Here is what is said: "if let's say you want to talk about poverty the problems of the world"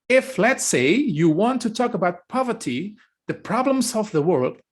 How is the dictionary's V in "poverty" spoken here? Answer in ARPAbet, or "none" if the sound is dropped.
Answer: V